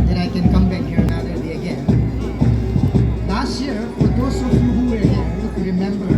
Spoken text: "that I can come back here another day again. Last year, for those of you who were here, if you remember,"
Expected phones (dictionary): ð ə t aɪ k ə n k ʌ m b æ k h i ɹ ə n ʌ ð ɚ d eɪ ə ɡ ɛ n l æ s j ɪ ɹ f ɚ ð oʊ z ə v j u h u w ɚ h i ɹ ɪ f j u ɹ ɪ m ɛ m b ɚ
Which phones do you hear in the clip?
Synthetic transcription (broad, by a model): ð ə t aɪ k ə n k ʌ m b æ k h i ɹ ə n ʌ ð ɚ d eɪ ə ɡ ɛ n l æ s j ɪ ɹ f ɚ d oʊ s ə f j u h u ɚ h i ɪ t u ɹ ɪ m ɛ m b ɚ